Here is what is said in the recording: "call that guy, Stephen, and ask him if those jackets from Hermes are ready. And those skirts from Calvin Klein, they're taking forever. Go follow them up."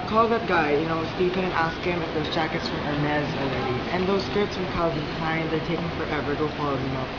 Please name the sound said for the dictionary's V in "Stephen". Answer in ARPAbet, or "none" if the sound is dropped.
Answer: P